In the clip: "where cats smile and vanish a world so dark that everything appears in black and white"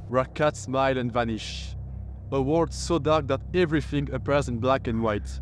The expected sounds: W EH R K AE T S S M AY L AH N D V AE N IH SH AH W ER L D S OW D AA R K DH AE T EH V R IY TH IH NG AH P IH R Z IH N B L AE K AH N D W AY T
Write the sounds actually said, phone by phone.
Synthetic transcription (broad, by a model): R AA K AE T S S M AY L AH N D V AE N IH SH AH W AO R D S OW D AA R K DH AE T EH V R IY TH IH NG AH P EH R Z IH N B L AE K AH N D W AY T